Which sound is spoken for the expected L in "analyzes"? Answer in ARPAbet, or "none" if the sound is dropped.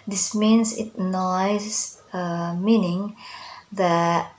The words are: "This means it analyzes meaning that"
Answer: none